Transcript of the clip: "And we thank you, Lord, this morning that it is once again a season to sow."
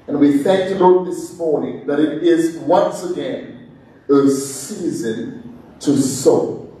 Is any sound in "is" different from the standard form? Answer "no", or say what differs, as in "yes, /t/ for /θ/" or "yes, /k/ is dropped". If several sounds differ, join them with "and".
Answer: no